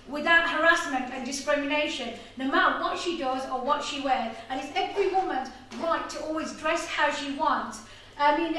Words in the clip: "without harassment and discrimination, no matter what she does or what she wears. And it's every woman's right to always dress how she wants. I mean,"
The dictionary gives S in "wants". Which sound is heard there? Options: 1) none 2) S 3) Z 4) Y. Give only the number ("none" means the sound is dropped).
2